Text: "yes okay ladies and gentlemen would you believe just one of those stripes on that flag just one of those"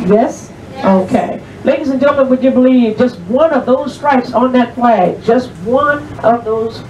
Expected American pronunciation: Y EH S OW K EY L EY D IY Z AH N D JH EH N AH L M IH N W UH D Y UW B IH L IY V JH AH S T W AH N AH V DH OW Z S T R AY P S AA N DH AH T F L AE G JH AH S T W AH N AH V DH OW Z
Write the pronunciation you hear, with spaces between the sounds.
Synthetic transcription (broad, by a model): Y EH S OW K EY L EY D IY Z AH N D JH EH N L M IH N W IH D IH B IH L IY V JH AH S T W AH N AH V DH OW Z S T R AY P S N DH AH T P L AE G JH AH S T W AH N AH V DH OW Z